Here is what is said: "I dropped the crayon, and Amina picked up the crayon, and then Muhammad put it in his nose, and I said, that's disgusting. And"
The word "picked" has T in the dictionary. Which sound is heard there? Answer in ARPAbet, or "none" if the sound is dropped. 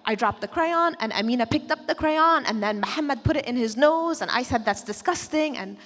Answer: T